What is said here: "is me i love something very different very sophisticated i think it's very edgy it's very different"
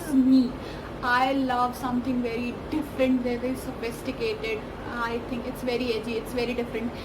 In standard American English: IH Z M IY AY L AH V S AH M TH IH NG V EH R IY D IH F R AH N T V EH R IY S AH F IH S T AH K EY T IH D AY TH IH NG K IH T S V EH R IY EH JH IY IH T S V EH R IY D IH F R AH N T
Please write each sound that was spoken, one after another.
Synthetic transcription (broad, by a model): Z M IY AY L AH V S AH M T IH NG V EH R IY D IH F R AH N T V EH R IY S AH F IH S T AH K EY T IH D AY T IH NG K IH T S V EH R IY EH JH IY IH T S V EH R IY D IH F R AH N T